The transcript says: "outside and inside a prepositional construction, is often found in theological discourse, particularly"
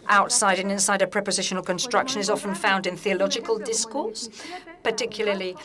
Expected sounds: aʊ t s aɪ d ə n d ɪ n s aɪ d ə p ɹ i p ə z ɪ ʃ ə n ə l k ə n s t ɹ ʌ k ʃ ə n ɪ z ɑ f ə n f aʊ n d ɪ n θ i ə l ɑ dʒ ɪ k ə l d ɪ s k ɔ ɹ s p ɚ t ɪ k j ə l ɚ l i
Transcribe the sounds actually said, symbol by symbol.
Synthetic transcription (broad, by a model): aʊ t s aɪ d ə n ɪ n s aɪ d ə p ɹ i p ə z ɪ ʃ ə n ə l k ə n s t ɹ ʌ k ʃ ə n ɪ z ɑ f ə n f aʊ n d ɪ n θ i ə l ɑ dʒ ɪ k ə l d ɪ s k ɔ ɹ s p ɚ t ɪ k j l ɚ l i